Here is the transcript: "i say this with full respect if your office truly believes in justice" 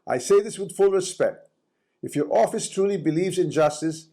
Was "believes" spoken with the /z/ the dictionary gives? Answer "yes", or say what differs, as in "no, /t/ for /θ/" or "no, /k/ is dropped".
yes